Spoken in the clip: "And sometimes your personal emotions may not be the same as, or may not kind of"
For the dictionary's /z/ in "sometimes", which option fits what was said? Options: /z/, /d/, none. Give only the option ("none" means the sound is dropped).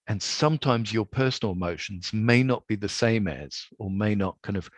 /z/